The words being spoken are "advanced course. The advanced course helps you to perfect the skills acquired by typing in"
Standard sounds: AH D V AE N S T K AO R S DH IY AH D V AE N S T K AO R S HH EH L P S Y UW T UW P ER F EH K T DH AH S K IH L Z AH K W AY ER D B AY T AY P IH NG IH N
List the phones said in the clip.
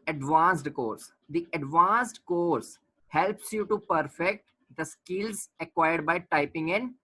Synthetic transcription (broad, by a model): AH D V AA N S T K AO R S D IY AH D V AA N S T K AO R S HH EH L P S Y UW T UW P ER F EH K T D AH S K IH L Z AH K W AY ER D B AY T AY P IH NG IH N